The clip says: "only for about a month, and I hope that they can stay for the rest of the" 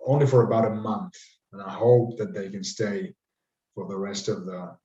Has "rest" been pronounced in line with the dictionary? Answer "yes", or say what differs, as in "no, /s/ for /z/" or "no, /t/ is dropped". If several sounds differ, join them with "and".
yes